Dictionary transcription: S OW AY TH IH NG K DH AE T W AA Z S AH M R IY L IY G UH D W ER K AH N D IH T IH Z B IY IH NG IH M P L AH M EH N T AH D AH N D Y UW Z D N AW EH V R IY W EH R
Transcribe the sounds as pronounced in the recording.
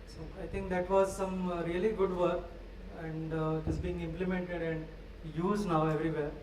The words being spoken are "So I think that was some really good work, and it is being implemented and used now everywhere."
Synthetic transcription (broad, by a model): S OW AY T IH NG K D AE T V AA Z S AH M R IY L IY G UH D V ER K AH N D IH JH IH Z B IY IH NG IH M P L AH M EH N T AH D AH N D Y UW Z D N AW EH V R IY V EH R